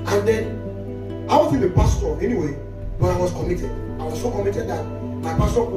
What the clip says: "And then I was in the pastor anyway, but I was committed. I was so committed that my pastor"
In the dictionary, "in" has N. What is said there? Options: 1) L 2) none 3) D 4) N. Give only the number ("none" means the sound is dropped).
1